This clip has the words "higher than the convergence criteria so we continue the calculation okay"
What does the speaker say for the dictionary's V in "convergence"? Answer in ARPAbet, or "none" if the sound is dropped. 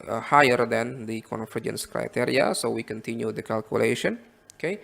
F